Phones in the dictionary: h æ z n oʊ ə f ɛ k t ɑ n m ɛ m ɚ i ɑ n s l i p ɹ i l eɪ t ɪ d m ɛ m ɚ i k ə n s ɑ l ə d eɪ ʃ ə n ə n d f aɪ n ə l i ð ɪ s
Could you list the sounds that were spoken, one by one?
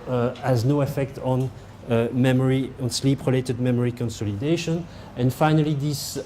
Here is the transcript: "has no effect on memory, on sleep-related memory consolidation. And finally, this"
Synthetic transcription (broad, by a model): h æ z n oʊ ə f ɛ k t ɑ n m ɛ m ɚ i ɑ n s l i p ɹ i l eɪ t ɪ d m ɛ m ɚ i k ə n s ɑ l ə d eɪ ʃ ə n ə n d f aɪ n ə l i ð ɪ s